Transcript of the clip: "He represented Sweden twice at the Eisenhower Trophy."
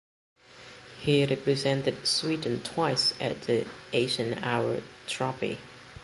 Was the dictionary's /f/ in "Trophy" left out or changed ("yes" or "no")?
yes